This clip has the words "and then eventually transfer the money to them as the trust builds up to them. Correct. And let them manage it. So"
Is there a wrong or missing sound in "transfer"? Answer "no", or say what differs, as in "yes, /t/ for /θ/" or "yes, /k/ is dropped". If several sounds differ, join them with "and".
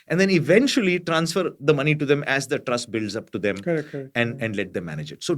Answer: no